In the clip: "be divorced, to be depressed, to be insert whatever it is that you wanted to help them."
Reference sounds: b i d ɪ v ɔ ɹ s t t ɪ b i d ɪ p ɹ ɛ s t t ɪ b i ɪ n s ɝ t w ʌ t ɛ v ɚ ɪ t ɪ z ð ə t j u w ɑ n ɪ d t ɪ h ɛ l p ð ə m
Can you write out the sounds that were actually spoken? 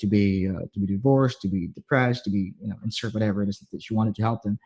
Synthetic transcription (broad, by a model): b i d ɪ v ɔ ɹ s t t ɪ b i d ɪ p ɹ ɛ s t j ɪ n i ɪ n s ɝ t w ʌ t ɛ v ɚ ɪ t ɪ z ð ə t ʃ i w ɑ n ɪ d t ɪ h ɛ l p ð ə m